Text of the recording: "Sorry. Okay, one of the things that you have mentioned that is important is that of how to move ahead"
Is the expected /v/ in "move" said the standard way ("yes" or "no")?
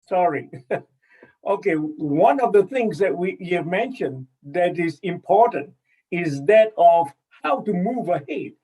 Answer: yes